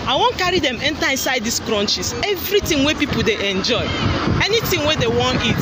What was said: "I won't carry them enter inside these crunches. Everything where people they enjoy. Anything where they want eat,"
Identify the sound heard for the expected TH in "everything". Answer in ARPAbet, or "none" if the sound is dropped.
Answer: T